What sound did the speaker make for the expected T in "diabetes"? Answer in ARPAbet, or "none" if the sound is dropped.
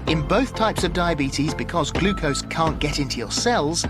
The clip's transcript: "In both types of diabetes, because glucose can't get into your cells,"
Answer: T